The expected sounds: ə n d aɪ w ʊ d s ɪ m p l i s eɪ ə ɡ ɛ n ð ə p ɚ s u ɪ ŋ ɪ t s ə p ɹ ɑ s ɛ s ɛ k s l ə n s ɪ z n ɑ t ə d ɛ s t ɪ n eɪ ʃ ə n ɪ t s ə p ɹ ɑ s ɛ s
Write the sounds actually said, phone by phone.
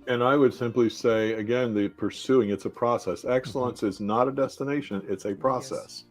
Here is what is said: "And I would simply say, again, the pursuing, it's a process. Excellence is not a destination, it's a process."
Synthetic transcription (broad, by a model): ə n aɪ w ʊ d s ɪ m p l i s eɪ ə ɡ ɛ n ð ə p ɚ s u ɪ ŋ ɪ t s ə p ɹ ɑ s ɛ s ɛ k s l ə n s ɪ z n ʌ t ə d ɛ s t ɪ n eɪ ʃ ə n ɪ t s ə p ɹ ɑ s ɛ s